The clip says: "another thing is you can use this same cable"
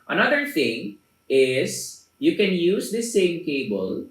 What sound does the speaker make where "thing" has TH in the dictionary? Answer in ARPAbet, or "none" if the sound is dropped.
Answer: T